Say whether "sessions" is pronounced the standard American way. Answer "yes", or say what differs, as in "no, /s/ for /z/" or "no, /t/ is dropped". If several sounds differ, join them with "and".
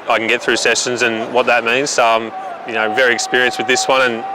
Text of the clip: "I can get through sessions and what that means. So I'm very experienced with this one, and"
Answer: yes